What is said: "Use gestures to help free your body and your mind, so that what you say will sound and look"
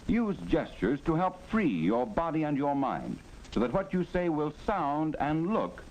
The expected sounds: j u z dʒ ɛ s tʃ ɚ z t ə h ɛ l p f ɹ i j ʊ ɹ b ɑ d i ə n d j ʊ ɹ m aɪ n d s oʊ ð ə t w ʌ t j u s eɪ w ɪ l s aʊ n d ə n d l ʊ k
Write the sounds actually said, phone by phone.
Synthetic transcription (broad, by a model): j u z dʒ ɛ s tʃ ɚ z t ə h ɛ l p f ɹ i j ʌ ɹ b ɑ d i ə n j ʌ ɹ m aɪ n d s oʊ ð ə t w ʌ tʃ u s eɪ w ɪ l s aʊ n d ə n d l ʊ k